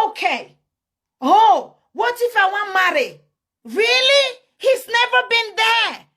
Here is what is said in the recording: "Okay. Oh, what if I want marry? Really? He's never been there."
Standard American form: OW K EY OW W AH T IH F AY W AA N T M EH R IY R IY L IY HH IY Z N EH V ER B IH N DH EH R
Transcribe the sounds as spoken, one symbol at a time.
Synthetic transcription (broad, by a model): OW K EY OW W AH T IH F AY W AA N M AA R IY R IY L IY HH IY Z N EH V ER B IH N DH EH